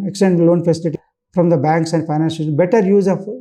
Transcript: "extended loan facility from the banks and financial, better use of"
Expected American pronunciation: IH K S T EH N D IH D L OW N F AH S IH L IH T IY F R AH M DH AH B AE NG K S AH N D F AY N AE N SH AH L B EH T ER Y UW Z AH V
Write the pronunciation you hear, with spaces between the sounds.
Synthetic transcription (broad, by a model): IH K S T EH N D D L OW N F AH S IH L IH T IY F R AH M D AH B AE NG K S AH N D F AY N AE N S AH B EH T ER Y UW Z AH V